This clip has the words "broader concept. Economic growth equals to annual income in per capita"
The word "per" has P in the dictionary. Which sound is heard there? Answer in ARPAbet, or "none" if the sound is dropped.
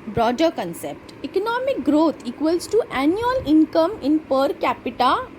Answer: P